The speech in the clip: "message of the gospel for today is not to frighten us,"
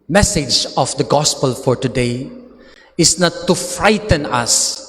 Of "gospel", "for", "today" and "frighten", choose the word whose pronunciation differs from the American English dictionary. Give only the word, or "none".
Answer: none